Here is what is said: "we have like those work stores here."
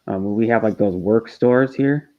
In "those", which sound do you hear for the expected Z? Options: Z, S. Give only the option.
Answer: Z